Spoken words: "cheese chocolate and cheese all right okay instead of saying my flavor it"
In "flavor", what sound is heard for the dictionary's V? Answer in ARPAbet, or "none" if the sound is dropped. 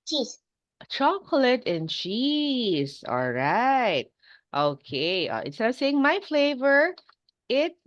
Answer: V